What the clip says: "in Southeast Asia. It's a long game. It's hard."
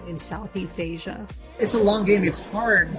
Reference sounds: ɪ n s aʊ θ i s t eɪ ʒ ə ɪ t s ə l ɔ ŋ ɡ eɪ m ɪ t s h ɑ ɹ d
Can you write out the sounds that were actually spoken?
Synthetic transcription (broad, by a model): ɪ n s aʊ θ i s t eɪ ʒ ə ɪ t s ə l ɔ ŋ ɡ eɪ m ɪ t s h ɑ ɹ d